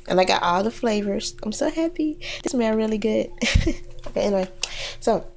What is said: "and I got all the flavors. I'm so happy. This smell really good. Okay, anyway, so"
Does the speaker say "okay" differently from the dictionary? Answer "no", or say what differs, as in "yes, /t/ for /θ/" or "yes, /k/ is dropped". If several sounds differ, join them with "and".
yes, /k/ is dropped